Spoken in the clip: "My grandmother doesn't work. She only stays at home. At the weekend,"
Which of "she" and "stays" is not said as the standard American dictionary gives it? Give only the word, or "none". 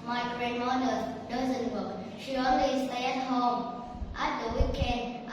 stays